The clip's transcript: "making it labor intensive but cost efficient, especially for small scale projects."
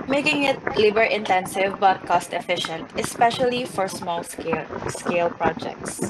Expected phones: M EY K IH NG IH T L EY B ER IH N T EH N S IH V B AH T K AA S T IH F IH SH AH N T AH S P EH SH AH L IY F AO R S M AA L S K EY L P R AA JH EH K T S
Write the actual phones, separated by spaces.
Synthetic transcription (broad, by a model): M EY K IH NG IH T L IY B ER IH N T EH N S IH V B AH T K AA S T IH F IH SH AH N T AH S P EH SH AH L IY F AO R S M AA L S K EY L P R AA JH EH K T S